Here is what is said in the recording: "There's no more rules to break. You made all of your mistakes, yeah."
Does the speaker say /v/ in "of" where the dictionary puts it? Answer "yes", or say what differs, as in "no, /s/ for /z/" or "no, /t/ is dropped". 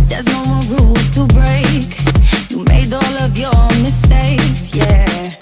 yes